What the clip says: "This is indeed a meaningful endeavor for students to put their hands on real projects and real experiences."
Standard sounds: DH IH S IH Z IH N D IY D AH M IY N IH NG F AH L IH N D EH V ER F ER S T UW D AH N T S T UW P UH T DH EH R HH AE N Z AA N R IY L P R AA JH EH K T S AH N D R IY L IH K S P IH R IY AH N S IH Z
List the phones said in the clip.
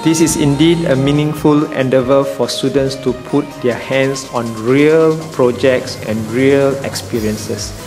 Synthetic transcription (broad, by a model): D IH S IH S IH N D IY D AH M IY N IH NG F AH L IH N D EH V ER F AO S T UW D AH N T S T UW P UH T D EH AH HH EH N S AA N R IY L P R AA JH EH K T S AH N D R IY L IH K S P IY R IY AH N S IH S